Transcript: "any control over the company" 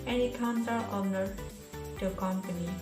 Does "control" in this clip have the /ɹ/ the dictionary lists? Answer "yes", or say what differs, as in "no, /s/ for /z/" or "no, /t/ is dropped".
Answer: no, /ɹ/ is dropped